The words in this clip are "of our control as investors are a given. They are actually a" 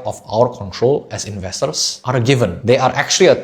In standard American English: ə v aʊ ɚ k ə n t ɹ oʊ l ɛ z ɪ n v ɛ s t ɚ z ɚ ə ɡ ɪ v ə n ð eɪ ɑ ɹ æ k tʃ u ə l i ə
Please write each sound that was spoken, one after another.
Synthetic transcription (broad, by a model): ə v aʊ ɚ k ə n t ɹ oʊ l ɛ s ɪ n v ɛ s t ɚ s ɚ ə ɡ ɪ v ə n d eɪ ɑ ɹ æ k tʃ u ə l i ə